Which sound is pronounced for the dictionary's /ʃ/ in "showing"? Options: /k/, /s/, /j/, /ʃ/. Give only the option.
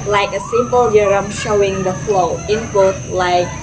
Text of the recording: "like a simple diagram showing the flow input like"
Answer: /ʃ/